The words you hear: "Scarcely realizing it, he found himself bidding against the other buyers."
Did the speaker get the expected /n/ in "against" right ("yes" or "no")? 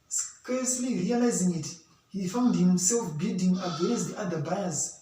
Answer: no